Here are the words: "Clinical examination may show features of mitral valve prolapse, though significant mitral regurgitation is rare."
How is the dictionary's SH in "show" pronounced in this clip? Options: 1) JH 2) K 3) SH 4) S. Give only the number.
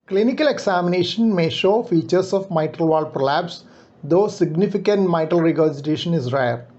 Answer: 3